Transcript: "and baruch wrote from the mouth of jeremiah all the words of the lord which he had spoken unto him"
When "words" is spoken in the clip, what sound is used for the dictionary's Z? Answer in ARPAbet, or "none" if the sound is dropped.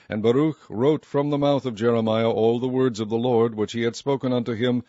Z